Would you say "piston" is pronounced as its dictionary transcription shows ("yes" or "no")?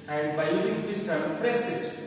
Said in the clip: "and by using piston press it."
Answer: no